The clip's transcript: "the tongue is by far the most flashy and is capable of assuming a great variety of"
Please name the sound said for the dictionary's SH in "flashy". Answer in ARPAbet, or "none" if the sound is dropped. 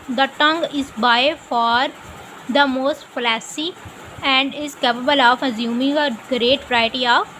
S